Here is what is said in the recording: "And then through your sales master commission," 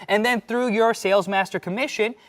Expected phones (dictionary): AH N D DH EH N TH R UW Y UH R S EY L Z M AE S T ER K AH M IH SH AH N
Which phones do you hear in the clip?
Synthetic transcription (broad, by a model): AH N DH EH N TH R UW Y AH R S EY L Z M AE S T ER K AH M IH SH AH N